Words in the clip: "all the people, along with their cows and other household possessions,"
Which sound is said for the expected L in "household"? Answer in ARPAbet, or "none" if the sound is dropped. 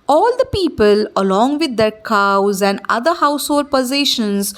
none